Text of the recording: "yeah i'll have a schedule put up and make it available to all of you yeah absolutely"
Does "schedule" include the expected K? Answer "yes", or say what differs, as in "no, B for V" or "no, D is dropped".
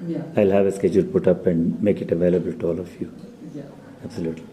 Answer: yes